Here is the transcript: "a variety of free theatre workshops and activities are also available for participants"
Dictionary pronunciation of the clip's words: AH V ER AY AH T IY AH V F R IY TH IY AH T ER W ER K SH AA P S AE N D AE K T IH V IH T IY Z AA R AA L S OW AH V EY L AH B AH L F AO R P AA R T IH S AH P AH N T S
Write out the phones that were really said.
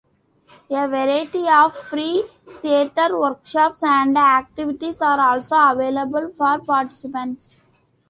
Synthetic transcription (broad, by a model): AH V ER AY AH T IY AH V F R IY T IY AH T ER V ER K SH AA P S AE N D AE K T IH V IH T IY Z AA R AA L S OW AH V EY L AH B AH L F AO R P AA R T IH S AH P AH N T S